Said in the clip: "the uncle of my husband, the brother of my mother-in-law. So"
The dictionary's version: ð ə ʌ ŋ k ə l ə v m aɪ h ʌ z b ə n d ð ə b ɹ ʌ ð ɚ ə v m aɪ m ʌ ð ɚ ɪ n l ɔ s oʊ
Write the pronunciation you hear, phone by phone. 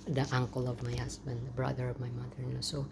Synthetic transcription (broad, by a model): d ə ʌ ŋ k ə l ə v m aɪ h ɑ s b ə n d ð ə b ɹ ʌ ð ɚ ə v m aɪ m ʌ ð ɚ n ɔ s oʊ